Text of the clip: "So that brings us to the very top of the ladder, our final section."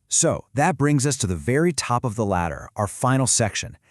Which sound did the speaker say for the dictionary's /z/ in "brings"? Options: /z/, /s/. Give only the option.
/z/